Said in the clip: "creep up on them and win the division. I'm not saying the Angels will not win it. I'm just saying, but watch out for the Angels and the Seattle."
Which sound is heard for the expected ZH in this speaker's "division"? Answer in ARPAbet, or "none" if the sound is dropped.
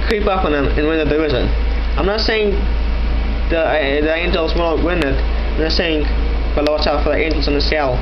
Z